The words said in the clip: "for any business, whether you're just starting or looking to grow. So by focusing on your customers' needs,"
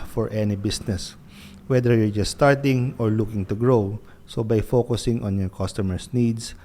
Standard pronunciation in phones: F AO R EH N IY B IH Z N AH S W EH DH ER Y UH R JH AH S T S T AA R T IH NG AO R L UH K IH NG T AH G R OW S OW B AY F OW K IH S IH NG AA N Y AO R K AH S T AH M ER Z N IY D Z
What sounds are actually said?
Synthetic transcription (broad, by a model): F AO R EH N IY B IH S N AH S W EH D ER Y UH R JH AH S T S T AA R T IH NG AO R L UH K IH NG T AH G R OW S OW B AY F OW K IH S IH NG AA N Y AO R K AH S T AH M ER S N IY D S